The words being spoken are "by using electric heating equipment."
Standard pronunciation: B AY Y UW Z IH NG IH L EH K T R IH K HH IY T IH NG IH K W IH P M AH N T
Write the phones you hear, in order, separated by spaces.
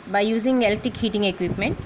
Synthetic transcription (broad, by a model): B AY Y UW Z IH NG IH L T IH K HH IY T IH NG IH K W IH P M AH N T